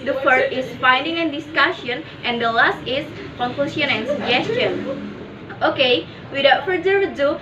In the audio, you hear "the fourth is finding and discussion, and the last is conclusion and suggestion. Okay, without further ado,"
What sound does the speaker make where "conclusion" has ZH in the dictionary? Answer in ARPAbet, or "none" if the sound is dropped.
S